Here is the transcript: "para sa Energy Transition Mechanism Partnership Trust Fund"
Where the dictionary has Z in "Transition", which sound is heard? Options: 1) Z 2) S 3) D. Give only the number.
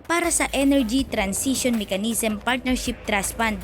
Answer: 2